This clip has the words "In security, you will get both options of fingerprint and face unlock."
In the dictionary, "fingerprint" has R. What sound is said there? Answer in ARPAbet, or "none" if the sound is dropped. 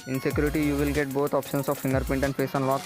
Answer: none